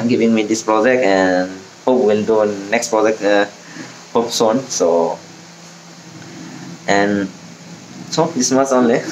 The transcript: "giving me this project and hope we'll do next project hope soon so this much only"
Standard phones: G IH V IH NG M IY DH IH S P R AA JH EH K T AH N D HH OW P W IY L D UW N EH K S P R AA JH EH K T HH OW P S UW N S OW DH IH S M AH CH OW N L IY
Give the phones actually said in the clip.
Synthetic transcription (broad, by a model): G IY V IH NG M IY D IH S P R AA JH EH K T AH N HH OW P W IY L D UW N EH K S P R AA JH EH K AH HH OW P S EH N S OW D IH S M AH S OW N L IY